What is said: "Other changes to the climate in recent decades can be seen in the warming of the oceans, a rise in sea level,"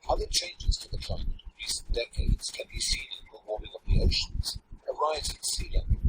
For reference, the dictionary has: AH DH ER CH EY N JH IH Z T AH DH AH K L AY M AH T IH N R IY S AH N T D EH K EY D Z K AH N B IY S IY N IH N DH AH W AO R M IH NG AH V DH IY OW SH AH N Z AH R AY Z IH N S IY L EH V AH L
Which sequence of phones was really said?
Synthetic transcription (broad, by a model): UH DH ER CH EY N JH IH Z T AH DH AH K L AY M AH T IH N R IY S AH N D EH K EY D Z K AH N B IY S IY N IH N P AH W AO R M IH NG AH P DH IY OW SH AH N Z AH R AY Z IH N S IY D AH